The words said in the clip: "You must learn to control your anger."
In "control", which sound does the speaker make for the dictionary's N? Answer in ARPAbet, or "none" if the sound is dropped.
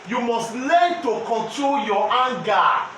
N